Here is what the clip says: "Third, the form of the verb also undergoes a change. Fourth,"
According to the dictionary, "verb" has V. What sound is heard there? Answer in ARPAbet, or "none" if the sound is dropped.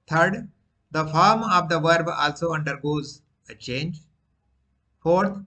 V